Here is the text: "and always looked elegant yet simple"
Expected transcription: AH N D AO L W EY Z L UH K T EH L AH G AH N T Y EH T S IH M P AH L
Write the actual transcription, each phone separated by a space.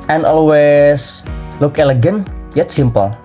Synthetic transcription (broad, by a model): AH N AO L W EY S L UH K EH L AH G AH N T Y EH T S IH M P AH L